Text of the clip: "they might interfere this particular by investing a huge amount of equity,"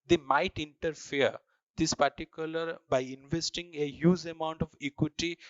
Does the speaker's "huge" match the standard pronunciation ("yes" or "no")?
no